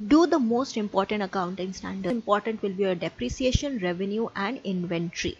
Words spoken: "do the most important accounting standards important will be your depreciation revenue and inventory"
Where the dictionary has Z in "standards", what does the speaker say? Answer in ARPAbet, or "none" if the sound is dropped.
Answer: none